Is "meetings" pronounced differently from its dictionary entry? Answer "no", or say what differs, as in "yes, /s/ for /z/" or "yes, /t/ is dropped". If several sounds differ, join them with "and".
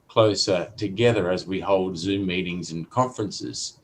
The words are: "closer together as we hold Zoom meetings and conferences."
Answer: no